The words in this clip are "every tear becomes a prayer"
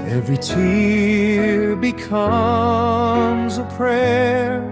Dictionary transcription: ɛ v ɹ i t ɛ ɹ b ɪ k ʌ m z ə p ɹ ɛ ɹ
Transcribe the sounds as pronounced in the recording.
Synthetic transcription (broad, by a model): ɛ v ɹ i t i ɹ b ɪ k ʌ m z ə p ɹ ɛ ɹ